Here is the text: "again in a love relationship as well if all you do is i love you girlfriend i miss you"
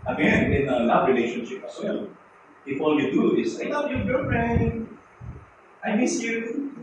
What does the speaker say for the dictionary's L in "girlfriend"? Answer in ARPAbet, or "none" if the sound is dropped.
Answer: none